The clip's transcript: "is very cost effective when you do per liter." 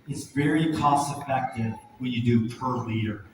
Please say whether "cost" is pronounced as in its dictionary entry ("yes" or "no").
no